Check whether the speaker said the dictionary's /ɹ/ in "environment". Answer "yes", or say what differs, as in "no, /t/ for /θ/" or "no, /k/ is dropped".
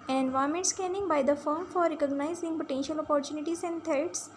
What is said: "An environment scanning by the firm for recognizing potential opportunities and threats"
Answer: no, /ɹ/ is dropped